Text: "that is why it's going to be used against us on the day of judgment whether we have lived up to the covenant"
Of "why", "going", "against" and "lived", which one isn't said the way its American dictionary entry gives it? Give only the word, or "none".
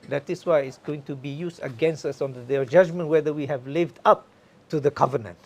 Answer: none